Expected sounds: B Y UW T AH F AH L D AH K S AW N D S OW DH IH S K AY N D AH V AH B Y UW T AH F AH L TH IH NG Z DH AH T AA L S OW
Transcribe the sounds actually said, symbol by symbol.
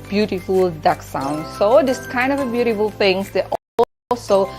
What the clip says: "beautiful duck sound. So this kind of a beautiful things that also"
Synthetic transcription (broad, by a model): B Y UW T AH F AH L D AH K S AW N D S OW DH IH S K AY N D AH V AH B Y UW T AH F AH L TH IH NG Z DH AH T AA L S OW